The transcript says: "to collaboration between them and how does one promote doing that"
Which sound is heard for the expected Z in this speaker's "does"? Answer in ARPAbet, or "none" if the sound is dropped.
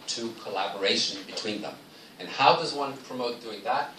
Z